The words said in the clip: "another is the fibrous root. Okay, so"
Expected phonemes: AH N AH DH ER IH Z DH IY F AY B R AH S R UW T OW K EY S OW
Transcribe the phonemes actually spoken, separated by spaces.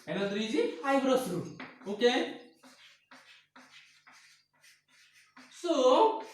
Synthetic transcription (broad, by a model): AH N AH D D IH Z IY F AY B R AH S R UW OW K EY S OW